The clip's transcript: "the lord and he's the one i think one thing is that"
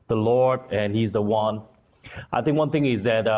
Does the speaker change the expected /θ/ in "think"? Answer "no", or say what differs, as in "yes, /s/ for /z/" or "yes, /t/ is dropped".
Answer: no